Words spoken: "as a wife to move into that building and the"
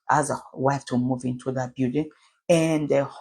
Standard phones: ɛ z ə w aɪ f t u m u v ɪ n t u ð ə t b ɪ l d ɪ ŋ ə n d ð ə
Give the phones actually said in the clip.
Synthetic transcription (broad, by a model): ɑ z ə w aɪ f t u m u v ɪ n t u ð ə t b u d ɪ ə n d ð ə